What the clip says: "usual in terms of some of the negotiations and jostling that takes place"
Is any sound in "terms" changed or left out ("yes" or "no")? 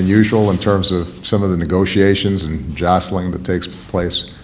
no